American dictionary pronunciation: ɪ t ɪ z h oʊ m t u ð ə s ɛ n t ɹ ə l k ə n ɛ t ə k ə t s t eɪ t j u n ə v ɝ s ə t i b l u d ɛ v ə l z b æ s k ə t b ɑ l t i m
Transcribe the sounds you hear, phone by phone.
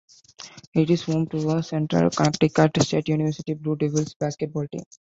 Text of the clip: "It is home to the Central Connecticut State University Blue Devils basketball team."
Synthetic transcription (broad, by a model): ɪ t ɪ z h oʊ m t u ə s ɛ n t ɹ ə l k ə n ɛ t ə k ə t s t eɪ t j u n ə v ɝ s ə t i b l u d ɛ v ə l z b æ s k ə t b ɑ l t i